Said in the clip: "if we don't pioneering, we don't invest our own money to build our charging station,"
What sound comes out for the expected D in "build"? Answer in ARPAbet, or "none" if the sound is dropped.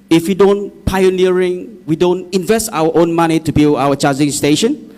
none